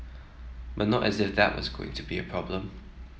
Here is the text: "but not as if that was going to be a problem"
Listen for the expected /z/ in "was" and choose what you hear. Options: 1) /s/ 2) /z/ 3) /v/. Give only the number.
2